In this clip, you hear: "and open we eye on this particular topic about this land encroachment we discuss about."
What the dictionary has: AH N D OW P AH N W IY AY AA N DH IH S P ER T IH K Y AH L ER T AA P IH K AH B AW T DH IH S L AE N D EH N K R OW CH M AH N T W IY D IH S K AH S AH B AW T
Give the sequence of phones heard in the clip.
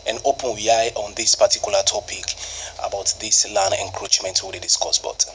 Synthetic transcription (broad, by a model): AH N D OW P AH N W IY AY AA N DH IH S P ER T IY K Y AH L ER T AA P IH K AH B AW T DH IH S L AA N EH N K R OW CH M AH N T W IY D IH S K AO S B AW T